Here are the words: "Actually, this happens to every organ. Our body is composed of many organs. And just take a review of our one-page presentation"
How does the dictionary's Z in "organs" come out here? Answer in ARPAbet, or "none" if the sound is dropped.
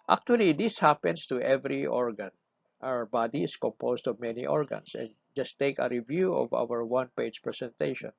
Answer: S